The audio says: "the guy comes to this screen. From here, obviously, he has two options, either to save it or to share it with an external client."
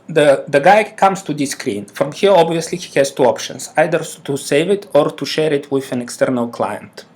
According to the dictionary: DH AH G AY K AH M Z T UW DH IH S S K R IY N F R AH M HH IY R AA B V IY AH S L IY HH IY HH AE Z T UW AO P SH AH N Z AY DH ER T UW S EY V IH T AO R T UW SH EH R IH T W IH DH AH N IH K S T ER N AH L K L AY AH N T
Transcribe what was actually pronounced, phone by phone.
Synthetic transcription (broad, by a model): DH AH G AY K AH M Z T UW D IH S S K R IY N F R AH M HH IY R AA B V IY AH S L IY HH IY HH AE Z T UW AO P SH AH N S AY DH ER T UW S EY V IH T AO R T UW SH EH R IH T W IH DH AH N IH K S T ER N AH L K L AY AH N T